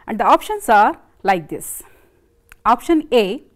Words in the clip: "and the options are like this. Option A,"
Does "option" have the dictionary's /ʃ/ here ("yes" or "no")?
yes